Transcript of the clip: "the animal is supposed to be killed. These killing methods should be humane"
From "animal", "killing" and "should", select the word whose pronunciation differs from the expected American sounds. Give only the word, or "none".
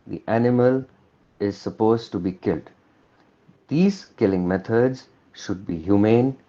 none